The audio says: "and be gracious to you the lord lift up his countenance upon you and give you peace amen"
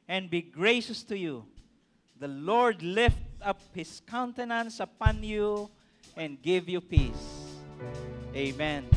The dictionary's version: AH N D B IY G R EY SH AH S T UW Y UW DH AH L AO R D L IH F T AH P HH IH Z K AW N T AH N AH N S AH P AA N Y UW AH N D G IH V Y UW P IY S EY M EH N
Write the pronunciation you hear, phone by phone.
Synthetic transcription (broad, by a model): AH N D B IY G R EY SH AH S T UW Y UW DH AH L AO R D L IH F T AH P HH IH S K AW N T AH N AH N S AH P AA N Y UW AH N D G IH V Y UW P IY S EY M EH N